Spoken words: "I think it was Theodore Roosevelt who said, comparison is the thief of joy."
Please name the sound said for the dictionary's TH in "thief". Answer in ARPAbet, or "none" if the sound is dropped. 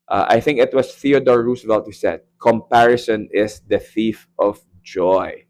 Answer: TH